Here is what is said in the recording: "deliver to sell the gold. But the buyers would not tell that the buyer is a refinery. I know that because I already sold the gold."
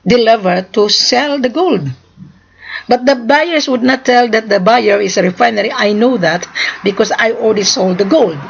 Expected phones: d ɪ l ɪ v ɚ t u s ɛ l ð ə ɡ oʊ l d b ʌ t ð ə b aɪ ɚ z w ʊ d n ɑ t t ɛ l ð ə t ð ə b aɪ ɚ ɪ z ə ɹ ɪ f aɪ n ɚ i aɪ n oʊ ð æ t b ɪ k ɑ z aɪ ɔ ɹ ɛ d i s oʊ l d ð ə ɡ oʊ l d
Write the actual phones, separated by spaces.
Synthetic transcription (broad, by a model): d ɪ l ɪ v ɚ t u s ɛ l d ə ɡ oʊ l d b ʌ t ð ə b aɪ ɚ s w ʊ d n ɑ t t ɛ l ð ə t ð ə b aɪ ɚ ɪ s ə ɹ ɪ f aɪ n ɚ i aɪ n oʊ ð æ t b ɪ k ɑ s aɪ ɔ l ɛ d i s oʊ l d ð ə ɡ oʊ l d